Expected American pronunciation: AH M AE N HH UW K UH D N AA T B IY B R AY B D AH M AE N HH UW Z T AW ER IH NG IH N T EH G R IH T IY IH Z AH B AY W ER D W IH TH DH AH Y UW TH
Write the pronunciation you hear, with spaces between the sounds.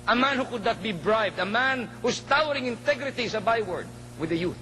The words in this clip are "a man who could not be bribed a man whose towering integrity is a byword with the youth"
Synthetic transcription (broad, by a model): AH M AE N HH UW K UH D N AA T B IY B R AY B D AH M AE N HH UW S T AW ER IH NG IH N T EH G R IH T IY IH S AH B AY W ER D W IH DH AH Y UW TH